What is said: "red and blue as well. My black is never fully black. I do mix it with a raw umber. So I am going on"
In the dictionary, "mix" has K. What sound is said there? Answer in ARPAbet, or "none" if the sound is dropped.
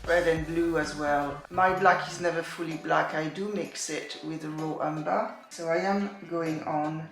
K